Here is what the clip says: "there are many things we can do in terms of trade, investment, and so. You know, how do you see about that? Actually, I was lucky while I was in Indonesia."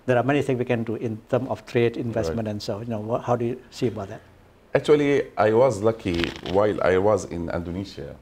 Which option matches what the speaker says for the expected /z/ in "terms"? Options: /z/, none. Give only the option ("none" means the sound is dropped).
none